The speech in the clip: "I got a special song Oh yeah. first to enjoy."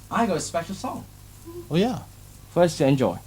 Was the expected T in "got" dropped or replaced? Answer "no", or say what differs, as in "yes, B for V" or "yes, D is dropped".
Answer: yes, T is dropped